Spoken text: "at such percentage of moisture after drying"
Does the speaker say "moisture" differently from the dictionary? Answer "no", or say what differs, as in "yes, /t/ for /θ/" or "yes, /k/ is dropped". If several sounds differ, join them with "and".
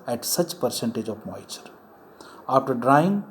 yes, /s/ is dropped